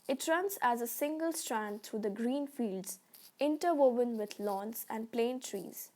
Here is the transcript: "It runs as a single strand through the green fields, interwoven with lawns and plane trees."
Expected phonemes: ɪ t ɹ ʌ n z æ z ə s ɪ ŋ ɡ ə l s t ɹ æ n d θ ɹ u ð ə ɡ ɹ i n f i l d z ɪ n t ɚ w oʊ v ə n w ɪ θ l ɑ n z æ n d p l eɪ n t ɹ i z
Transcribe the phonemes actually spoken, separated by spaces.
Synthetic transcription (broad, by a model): ɪ t ɹ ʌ n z æ z ə s ɪ ŋ ɡ ə l s t ɹ æ n d t ɹ u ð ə ɡ ɹ i n f i l d z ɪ n t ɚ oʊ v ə n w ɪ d l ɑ n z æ n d p l eɪ n t ɹ i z